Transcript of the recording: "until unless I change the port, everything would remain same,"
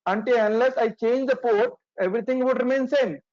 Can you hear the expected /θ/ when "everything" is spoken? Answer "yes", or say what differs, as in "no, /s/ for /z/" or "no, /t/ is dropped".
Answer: no, /t/ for /θ/